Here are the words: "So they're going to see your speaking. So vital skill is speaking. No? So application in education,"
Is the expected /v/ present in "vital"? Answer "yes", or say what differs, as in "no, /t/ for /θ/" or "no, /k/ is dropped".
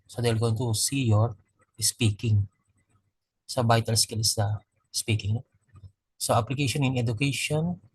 no, /b/ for /v/